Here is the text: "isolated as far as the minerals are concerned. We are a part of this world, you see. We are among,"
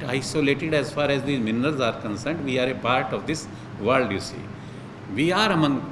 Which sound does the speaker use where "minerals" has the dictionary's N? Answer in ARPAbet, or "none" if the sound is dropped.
N